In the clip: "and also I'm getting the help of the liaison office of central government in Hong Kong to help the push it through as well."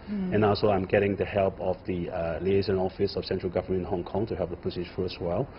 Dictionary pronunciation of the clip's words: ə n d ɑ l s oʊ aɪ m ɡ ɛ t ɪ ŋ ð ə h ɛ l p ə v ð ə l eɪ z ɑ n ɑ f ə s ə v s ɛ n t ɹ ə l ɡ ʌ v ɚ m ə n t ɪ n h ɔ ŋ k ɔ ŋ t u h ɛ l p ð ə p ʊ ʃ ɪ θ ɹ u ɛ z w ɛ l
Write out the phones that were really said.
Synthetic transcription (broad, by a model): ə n ɑ l s oʊ aɪ m ɡ ɛ t ɪ ŋ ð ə h ɛ l p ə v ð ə l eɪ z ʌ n ɑ f ə s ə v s ɛ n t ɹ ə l ɡ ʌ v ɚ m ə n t ɪ n h ɔ ŋ k ɔ ŋ t u h ɛ l p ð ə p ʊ s ɪ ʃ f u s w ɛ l